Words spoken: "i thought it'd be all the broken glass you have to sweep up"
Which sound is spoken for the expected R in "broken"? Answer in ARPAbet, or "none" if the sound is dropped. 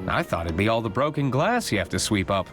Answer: R